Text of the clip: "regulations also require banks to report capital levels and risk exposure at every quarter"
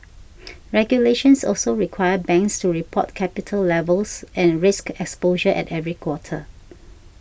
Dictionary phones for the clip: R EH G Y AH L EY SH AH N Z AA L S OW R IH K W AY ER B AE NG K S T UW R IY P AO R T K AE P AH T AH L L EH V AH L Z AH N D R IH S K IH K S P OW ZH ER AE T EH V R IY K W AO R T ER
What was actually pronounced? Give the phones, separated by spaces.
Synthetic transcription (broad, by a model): R EH G Y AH L EY SH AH N S AA L S OW R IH K W AY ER B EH NG K S T UW R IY P AO T K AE P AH T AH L L EH V AH L S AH N R IH S K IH K S P OW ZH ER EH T EH V R IY K W AO T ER